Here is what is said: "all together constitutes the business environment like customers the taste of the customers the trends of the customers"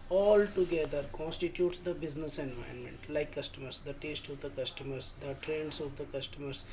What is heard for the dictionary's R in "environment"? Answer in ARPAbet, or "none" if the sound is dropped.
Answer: none